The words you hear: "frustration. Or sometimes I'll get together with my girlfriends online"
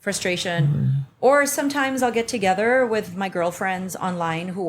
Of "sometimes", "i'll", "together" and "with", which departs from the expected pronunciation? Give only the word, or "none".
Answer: none